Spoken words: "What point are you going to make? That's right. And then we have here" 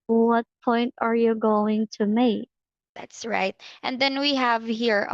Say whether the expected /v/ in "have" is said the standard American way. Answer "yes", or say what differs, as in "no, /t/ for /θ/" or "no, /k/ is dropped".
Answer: yes